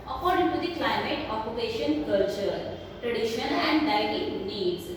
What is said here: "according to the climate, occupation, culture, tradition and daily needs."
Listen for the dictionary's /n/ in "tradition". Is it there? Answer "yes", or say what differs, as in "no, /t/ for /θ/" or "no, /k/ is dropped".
no, /l/ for /n/